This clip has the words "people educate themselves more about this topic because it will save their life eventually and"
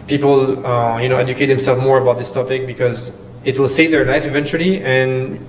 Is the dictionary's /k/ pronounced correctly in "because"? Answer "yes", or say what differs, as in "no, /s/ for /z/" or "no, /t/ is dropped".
yes